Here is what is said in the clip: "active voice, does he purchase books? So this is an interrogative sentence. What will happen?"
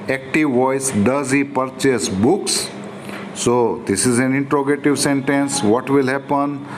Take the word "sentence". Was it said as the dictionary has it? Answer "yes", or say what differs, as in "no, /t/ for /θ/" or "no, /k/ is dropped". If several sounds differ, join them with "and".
yes